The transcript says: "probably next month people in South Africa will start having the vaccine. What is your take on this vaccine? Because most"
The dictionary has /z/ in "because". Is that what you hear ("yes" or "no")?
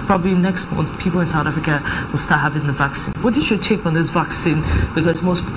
no